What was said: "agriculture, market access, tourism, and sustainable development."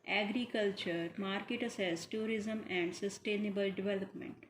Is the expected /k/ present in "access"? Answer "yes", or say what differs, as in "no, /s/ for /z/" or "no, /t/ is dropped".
no, /k/ is dropped